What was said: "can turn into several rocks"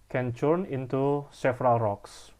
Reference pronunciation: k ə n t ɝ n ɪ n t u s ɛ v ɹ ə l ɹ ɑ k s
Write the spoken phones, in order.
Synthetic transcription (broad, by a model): k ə n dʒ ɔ n ɪ n t u s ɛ f ɹ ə l ɹ ɑ k s